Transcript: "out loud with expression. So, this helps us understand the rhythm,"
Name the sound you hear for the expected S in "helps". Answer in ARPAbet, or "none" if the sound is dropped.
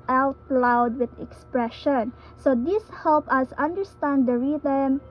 none